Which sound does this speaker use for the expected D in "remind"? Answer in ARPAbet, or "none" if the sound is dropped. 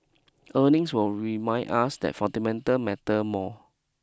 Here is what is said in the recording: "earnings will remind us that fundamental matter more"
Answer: none